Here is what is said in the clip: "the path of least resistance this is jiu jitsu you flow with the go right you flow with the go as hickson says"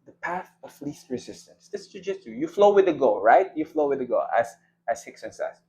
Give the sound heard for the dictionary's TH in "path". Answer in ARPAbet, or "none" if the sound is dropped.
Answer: TH